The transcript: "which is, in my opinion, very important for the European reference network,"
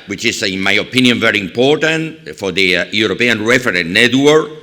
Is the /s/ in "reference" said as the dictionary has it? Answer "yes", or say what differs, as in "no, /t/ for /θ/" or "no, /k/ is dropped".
no, /s/ is dropped